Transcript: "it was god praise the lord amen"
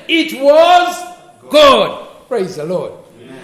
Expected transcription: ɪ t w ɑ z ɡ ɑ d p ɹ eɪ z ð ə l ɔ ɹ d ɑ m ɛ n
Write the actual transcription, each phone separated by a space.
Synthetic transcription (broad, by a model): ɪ t w ɑ z ɡ ɑ d p ɹ eɪ z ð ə l ɔ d